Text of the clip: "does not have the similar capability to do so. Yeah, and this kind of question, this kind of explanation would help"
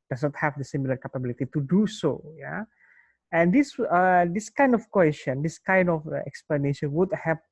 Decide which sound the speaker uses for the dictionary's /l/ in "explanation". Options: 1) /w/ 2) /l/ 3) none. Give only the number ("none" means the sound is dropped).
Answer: 2